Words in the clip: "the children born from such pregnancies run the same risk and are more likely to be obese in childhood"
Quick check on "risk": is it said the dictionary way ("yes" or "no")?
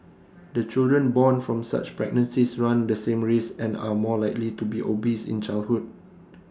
no